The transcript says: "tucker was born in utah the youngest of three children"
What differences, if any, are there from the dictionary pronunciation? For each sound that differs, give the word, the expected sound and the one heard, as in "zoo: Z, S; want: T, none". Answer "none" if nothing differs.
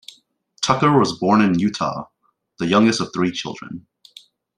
none